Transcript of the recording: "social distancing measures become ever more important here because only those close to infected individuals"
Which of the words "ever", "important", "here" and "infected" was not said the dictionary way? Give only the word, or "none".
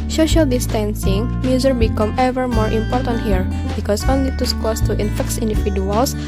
infected